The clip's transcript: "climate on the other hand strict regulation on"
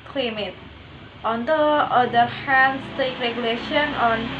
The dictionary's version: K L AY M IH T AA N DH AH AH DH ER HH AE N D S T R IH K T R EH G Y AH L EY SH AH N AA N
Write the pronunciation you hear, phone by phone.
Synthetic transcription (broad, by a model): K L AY M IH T AA N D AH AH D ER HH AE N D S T EH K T R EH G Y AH L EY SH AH N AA N